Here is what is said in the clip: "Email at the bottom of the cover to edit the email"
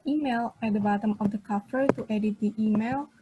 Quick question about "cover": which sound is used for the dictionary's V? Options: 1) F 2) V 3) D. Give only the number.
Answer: 1